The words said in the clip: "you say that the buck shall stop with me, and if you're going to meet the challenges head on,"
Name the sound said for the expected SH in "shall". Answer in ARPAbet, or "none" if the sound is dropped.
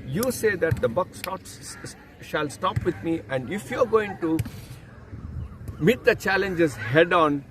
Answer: SH